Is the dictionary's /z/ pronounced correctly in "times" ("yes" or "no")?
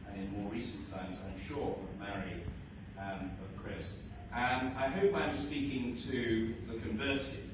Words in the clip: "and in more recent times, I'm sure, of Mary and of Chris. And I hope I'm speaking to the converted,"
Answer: yes